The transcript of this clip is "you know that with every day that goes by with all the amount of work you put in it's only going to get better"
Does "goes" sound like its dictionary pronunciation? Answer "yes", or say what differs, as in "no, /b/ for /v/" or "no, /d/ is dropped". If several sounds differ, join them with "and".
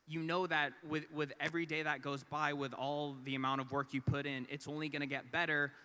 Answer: yes